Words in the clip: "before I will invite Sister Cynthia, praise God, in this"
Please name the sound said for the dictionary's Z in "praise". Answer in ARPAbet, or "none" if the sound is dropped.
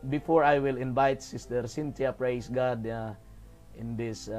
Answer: S